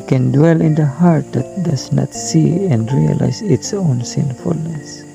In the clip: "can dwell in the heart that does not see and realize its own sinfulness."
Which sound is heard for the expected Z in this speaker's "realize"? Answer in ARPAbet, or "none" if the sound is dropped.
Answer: S